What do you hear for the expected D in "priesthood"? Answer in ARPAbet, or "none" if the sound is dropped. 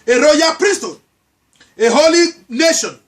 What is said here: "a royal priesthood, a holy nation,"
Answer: none